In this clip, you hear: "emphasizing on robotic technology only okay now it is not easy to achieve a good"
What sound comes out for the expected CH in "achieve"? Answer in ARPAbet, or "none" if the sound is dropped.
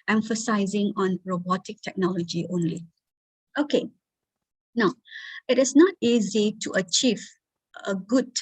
CH